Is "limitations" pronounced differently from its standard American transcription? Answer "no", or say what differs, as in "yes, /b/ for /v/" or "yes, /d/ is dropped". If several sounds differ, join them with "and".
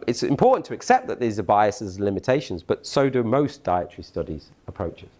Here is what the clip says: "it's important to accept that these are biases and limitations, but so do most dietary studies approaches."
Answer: no